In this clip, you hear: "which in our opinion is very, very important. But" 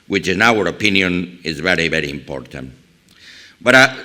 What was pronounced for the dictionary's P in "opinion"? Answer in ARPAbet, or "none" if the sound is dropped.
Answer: P